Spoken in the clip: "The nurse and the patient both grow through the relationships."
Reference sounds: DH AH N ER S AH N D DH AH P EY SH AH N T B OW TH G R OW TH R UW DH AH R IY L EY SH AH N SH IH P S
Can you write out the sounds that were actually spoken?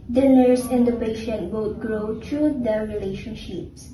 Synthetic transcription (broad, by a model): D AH N ER S AH N D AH P EY SH AH N T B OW T G R OW T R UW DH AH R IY L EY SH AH N SH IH P S